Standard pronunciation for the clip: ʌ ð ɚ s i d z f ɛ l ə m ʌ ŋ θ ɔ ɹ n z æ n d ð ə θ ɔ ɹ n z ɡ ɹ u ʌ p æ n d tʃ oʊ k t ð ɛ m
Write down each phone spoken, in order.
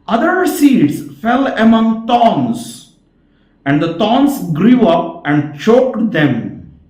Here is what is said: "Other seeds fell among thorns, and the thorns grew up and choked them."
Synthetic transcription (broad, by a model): ʌ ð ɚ s i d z f ɛ l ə m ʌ ŋ t ɔ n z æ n d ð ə t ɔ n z ɡ ɹ u ʌ p æ n d tʃ oʊ k t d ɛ m